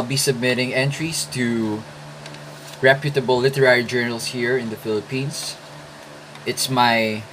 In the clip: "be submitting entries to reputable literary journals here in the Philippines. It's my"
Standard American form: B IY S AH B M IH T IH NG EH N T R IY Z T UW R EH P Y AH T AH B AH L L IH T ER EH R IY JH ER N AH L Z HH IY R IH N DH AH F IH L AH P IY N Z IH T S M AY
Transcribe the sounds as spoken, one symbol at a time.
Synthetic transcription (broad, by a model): B IY S AH B M IH T IH NG EH N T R IY S T UW R EH P Y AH T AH B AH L L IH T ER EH R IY JH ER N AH L S HH IY R IH N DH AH F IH L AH P IY N S IH T S M AY